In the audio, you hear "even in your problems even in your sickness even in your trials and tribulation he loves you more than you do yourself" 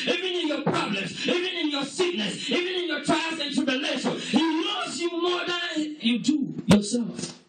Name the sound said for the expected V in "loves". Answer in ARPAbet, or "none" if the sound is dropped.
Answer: none